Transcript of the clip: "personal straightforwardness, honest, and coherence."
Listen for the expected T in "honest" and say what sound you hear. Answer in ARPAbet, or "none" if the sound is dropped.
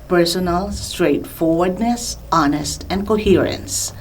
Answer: T